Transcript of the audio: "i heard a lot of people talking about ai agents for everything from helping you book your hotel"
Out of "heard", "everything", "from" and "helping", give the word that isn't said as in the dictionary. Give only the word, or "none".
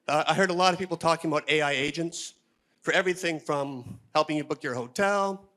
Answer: none